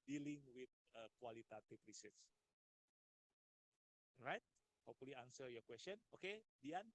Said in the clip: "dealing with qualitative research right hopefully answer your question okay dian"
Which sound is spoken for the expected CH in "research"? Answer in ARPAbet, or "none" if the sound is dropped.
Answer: S